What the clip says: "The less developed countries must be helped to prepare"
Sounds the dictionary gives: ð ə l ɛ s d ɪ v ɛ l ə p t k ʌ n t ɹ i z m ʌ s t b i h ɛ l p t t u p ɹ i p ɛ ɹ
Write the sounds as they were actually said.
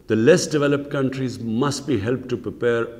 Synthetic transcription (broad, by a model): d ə l ɛ s d ɪ v ɛ l ə p t k ʌ n t ɹ i z m ʌ s t b i h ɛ l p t t u p ɹ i p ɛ ɹ